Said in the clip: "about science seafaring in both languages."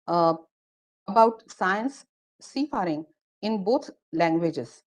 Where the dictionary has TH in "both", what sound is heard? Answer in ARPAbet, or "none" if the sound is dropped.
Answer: T